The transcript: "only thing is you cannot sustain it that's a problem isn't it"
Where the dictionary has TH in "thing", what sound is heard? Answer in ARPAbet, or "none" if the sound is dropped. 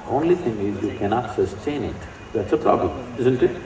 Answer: T